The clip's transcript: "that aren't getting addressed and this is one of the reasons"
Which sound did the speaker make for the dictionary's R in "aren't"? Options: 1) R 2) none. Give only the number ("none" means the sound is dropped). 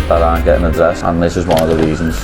2